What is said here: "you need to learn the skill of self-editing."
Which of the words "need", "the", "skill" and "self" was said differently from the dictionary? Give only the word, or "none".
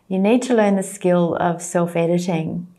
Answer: none